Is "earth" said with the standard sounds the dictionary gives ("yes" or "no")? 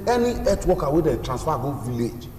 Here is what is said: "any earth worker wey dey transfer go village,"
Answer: no